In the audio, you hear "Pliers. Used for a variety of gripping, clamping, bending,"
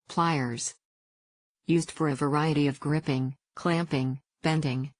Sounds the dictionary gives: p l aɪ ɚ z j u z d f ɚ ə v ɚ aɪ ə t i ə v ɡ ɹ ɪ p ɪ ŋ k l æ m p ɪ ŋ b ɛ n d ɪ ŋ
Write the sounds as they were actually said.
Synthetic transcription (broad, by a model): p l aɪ ɚ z j u z d f ɚ ə v ɚ aɪ ə t i ə v ɡ ɹ ɪ p ɪ ŋ k l æ m p ɪ ŋ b ɛ n d ɪ ŋ